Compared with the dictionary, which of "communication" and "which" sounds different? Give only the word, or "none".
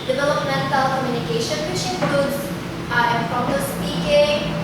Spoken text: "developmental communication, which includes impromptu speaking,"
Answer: which